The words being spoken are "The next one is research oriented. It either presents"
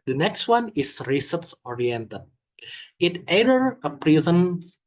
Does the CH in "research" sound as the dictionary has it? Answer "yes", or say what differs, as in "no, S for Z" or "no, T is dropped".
no, S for CH